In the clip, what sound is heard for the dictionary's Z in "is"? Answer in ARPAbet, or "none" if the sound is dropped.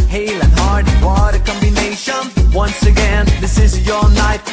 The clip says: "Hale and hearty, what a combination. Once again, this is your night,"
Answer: Z